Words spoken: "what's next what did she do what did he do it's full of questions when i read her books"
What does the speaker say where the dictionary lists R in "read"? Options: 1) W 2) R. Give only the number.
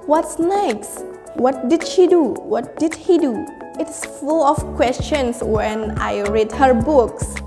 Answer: 2